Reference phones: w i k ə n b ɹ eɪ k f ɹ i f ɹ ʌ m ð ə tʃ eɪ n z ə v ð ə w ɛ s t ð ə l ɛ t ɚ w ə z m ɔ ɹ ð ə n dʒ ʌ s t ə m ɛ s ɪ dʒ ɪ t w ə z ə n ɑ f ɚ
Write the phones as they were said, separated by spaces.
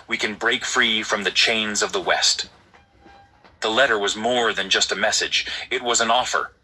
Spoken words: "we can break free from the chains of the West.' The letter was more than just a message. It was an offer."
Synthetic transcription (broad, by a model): w i k ə n b ɹ eɪ k f ɹ i f ɹ ʌ m ð ə tʃ eɪ n z ə v ð ə w ɛ s t ð ə l ɛ t ɚ w ə z m ɔ ɹ ð ə n dʒ ʌ s t ə m ɛ s ɪ dʒ ɪ t w ə z ə n ɑ f ɚ